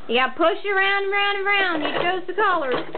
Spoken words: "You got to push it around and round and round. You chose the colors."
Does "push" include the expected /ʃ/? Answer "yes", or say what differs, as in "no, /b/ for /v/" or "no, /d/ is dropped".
yes